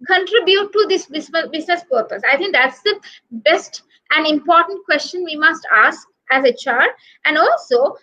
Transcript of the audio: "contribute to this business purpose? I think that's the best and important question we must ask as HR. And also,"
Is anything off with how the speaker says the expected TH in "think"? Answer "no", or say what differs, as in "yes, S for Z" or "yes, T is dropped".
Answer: yes, T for TH